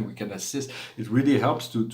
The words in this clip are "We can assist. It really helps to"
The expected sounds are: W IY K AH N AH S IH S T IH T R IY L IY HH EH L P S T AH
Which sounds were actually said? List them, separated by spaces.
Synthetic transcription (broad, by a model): W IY K AH N AH S IH S T IH T R IY L IY HH EH L P S T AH